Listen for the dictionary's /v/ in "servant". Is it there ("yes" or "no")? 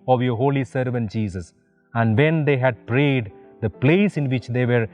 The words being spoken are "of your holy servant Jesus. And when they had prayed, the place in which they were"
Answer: yes